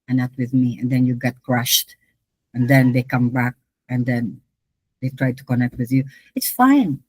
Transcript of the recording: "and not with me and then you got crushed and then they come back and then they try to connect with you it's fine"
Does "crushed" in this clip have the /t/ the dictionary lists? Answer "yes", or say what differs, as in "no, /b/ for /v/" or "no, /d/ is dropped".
yes